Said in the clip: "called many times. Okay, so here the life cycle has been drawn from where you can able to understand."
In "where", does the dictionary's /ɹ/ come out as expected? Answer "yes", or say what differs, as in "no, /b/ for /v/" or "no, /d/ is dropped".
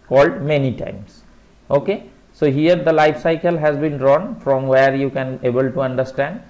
yes